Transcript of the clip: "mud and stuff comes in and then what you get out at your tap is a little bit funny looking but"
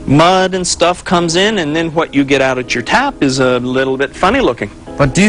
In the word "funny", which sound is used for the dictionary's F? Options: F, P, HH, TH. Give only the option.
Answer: F